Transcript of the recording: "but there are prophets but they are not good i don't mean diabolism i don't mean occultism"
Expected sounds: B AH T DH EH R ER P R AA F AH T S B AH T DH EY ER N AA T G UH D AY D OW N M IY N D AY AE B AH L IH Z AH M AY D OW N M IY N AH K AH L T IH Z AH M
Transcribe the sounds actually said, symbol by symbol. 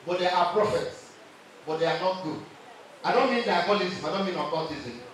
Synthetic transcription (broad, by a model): B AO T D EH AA P R AA F AH T S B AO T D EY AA N AA T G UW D AY D OW N M IY N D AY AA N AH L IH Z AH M AY D OW N M IY N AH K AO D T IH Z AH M